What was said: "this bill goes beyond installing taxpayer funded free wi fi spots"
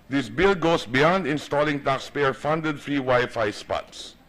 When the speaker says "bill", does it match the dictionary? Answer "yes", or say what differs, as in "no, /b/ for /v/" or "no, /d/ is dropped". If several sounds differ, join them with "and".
yes